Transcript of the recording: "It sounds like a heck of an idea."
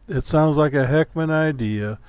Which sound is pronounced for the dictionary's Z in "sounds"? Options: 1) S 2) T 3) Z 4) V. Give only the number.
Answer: 3